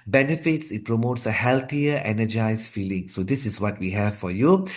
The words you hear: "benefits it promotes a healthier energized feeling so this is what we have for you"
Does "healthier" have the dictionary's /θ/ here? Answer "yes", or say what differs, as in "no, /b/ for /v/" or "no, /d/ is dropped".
no, /t/ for /θ/